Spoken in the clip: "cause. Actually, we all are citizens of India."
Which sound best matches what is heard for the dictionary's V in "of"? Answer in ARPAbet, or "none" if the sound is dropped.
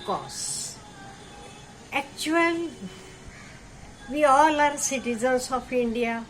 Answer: P